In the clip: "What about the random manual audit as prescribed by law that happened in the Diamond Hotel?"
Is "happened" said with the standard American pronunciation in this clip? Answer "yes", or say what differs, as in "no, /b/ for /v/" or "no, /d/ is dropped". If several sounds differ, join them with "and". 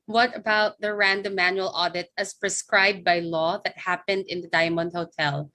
yes